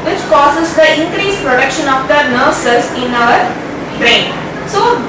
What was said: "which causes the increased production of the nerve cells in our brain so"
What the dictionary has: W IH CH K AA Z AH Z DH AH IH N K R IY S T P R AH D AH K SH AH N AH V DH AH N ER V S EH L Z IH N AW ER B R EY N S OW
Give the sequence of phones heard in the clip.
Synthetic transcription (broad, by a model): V IH CH K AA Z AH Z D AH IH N K R IY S P R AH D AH K SH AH N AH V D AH N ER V S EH Z IH N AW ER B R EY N S OW